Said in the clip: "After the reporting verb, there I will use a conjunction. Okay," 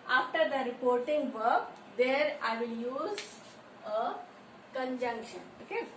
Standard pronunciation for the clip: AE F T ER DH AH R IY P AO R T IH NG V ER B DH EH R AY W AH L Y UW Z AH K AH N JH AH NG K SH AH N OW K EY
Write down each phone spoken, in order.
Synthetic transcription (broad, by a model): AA F T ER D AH R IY P AO R T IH NG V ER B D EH R AY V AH L Y UW Z AH K AH N JH AH NG K SH AH N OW K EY